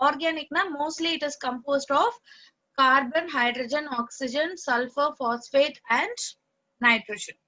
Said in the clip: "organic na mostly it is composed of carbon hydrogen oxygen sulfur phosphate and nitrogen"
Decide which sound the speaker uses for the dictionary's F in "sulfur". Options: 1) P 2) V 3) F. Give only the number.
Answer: 3